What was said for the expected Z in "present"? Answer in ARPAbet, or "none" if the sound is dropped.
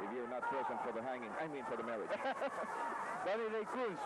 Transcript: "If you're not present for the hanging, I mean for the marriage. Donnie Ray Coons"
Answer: S